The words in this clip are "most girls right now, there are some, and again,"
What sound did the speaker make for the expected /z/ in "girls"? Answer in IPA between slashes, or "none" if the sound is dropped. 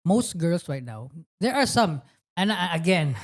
/s/